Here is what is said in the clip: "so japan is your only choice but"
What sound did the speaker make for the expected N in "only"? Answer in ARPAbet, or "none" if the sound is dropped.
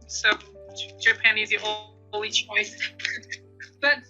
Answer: none